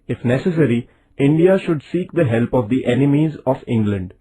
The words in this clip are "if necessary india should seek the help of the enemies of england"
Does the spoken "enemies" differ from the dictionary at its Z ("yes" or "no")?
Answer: no